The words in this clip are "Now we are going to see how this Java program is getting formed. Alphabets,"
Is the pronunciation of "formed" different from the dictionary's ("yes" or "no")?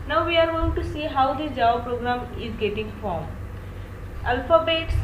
yes